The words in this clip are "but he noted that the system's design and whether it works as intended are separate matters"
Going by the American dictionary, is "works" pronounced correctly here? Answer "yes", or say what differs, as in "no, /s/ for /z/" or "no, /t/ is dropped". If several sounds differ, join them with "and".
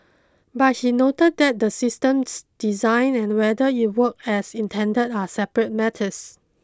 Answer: no, /s/ is dropped